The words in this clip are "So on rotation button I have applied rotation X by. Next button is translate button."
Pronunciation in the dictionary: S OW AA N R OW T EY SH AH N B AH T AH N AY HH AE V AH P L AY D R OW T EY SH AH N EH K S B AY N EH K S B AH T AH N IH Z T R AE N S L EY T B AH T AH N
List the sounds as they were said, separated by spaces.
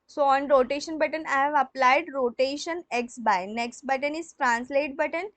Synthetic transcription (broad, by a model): S OW AA N R OW T EY SH AH N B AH T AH N AY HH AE V AH P L AY D R OW T EY SH AH N EH K S B AY N EH K S B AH T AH N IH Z T R AE N S L EY T B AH T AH N